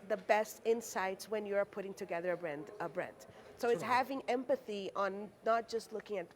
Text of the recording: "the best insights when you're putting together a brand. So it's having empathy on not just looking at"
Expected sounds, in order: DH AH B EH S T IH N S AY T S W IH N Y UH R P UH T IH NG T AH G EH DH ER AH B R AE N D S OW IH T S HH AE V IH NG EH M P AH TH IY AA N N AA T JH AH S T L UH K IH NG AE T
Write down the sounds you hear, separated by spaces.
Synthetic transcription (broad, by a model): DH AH B EH S T IH N S AY T S W IH N Y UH R P UH T IH NG T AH G EH DH ER AH B R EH N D S OW IH T S HH AE V IH NG EH M P AH TH IY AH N N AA T JH AH S T L UH K IH NG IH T